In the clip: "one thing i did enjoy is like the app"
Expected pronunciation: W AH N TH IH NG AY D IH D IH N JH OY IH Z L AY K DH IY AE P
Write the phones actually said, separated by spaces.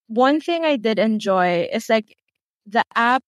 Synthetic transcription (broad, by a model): W AH N TH IH NG AY D IH D IH N JH OY IH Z L AY K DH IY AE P